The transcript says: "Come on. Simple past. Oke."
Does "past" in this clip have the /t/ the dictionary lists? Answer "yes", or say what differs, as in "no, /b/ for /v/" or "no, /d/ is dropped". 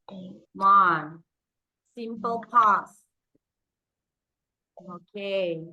no, /t/ is dropped